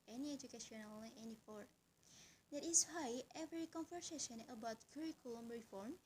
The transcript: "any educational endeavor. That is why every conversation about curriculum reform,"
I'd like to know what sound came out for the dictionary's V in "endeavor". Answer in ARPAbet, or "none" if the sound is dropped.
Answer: F